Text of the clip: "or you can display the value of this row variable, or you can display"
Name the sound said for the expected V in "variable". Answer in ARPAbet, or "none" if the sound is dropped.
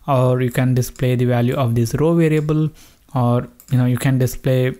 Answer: V